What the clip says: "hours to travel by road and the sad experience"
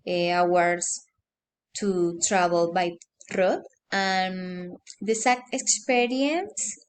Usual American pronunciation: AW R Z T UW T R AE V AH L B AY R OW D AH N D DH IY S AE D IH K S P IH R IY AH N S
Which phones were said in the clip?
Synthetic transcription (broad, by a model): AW R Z T UW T R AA B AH L B AY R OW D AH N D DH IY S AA IH K S P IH R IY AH N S